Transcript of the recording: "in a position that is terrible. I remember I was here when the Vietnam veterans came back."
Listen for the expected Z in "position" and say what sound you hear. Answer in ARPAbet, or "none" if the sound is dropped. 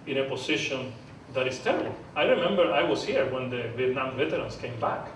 S